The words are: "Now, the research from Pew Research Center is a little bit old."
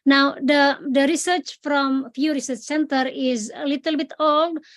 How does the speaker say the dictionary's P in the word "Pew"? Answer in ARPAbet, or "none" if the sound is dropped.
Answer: F